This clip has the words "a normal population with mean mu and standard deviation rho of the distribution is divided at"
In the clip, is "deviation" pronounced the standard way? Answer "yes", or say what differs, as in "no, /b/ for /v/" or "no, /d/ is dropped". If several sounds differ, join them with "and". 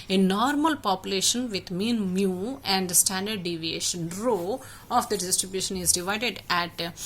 yes